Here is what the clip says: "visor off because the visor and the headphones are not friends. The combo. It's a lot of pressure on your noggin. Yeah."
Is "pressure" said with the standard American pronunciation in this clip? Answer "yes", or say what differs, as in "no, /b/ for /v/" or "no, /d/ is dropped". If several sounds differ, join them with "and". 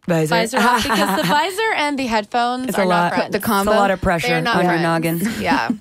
yes